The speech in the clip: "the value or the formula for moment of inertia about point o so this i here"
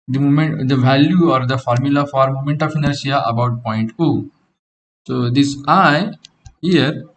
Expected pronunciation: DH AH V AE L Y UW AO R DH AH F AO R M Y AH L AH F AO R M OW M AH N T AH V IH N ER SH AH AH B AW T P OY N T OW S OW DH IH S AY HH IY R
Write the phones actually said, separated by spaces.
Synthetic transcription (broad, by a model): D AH V AE L Y UW AO R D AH F AO R M Y AH L AH F AO R M OW M AH N T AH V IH N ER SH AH AH B AW T P OY N T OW S OW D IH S AY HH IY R